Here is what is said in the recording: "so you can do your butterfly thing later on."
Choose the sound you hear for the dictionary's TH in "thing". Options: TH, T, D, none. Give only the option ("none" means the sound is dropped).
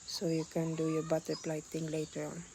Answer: T